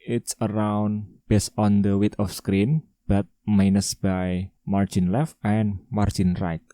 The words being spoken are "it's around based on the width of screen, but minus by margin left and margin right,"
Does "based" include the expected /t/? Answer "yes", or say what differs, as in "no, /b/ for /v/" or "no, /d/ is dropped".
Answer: no, /t/ is dropped